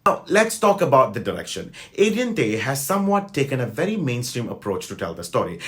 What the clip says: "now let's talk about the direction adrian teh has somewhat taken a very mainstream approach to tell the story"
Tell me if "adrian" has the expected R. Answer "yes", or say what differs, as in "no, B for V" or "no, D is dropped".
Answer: no, R is dropped